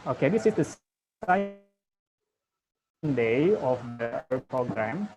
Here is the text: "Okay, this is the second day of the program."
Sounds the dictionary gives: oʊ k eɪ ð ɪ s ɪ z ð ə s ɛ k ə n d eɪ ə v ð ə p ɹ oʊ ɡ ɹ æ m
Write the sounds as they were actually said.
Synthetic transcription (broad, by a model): oʊ k eɪ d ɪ s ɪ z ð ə s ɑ ə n d eɪ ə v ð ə p ɹ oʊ ɡ ɹ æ m